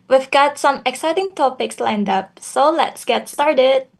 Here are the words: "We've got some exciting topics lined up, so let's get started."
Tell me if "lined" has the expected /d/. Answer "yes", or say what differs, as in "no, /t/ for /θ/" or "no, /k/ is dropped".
yes